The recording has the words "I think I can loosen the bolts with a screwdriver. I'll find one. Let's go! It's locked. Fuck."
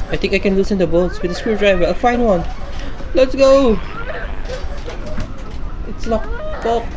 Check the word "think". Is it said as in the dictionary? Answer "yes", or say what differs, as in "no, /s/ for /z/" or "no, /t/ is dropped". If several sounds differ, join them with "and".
no, /t/ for /θ/